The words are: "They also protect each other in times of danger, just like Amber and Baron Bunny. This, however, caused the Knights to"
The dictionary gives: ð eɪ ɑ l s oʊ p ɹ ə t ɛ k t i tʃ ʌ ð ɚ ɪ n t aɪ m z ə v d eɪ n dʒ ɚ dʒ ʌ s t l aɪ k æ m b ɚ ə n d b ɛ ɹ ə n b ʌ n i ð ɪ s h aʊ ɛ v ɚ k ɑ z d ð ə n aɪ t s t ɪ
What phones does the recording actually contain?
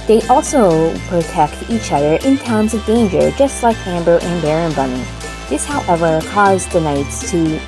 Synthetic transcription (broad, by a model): ð eɪ ɑ l s oʊ p ɹ ə t ɛ k t i tʃ ʌ ð ɚ ɪ n t aɪ m z ə v d eɪ n dʒ ɚ dʒ ʌ s t l aɪ k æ m b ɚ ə n b ɛ ɹ ə n b ʌ n i ð ɪ s h aʊ ɛ v ɚ k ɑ z ð ə n aɪ t s t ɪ